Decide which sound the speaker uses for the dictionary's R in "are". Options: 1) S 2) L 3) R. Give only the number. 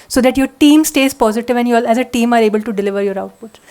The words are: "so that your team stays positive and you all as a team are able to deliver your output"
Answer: 3